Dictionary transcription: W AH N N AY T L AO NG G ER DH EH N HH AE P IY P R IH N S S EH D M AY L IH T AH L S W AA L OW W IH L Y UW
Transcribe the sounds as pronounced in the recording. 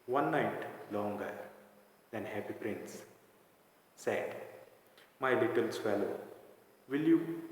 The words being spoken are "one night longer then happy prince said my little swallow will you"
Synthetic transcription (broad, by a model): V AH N N AY T L AO NG G ER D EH N HH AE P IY P R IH N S S EH D M AY L IH T AH L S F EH L OW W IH L Y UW